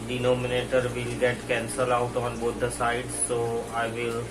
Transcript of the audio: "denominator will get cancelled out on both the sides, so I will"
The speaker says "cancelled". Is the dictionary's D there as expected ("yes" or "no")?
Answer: no